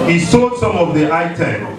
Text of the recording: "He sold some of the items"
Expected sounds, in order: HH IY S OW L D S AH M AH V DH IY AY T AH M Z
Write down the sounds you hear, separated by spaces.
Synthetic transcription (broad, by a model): HH IY S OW D S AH M AH V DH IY AY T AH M